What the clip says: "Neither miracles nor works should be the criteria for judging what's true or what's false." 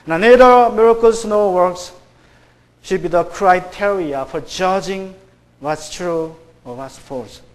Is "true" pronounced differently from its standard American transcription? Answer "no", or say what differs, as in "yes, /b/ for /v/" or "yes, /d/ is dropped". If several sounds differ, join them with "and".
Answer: no